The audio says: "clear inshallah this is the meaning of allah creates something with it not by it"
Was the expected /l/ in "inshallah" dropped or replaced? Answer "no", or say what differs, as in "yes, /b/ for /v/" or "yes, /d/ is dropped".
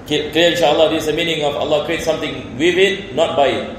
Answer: yes, /l/ is dropped